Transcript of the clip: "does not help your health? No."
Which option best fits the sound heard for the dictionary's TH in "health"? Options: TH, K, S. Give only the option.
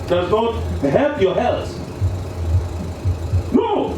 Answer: S